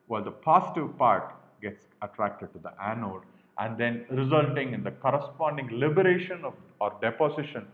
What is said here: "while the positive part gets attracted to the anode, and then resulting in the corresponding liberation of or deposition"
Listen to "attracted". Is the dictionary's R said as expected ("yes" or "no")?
yes